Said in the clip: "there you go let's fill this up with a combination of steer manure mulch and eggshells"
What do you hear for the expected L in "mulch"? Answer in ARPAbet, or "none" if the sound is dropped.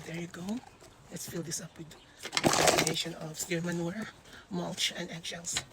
L